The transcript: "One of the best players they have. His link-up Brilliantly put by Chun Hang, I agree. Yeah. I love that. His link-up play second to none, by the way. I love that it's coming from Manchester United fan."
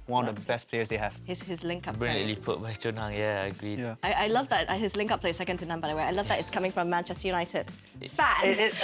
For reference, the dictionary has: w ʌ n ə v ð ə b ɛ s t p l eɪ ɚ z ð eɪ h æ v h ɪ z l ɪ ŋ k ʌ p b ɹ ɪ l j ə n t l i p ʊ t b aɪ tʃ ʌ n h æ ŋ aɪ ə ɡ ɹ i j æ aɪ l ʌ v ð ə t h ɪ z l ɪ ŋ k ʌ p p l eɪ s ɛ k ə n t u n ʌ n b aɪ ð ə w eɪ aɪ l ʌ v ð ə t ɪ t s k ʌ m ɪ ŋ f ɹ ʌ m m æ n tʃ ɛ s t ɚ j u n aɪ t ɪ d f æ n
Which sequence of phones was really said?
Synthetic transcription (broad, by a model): w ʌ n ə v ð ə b ɛ s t p l eɪ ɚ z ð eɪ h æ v h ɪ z l ɪ ŋ k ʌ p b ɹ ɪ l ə t l i p ʊ t b aɪ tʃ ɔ n h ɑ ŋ aɪ ə ɡ ɹ i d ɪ aɪ l ʌ v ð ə t h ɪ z l ɪ ŋ k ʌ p p l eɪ s ɛ k ə n t u n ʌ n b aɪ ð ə w eɪ aɪ l ʌ v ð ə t ɪ t s k ʌ m ɪ ŋ f ɹ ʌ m m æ n tʃ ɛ s t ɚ j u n aɪ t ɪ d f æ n